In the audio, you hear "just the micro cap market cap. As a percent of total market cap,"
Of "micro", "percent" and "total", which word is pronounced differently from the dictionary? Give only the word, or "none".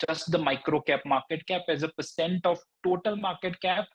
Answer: none